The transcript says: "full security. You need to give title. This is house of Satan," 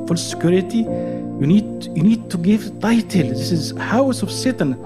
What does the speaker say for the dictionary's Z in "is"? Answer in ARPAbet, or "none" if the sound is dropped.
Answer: Z